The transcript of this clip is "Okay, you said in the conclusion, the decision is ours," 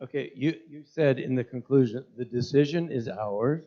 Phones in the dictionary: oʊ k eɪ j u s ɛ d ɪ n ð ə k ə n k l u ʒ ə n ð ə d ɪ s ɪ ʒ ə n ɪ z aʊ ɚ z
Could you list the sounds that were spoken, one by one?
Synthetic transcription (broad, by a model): oʊ k eɪ j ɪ s ɛ d ɪ n ð ə k ə n k l u ʒ ə n ð ə d ɪ s ɪ ʒ ə n ɪ z aʊ ɚ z